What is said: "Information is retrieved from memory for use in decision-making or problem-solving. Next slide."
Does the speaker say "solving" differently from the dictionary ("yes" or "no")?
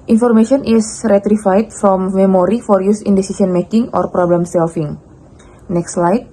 yes